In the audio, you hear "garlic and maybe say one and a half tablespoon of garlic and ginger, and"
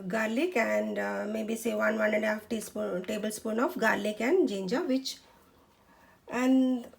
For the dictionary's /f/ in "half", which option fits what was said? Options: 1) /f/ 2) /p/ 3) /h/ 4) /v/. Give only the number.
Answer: 2